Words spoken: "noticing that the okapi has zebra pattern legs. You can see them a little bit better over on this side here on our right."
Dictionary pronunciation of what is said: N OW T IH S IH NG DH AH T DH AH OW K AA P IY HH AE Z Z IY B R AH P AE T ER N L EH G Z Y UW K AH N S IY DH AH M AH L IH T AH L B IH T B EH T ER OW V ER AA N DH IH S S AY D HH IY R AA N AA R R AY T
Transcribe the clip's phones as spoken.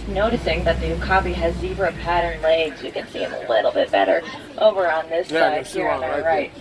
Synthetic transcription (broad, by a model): N OW T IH S IH NG DH AH T DH AH K AA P IY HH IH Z Z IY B R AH P AE T ER N L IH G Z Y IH K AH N S IY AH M AH L IH T L B IH T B EH T ER OW V ER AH N DH IH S S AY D HH IY R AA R R AY T